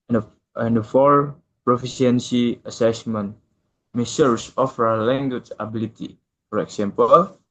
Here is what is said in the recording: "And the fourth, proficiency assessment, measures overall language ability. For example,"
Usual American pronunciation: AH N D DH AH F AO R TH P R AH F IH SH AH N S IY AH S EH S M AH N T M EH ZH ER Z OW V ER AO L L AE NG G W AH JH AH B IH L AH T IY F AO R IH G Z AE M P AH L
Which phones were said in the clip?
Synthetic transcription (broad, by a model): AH N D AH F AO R P R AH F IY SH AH N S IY AH S EH S M AH N T M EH S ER S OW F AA W L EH NG G W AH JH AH B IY L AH T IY F AO R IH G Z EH M P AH L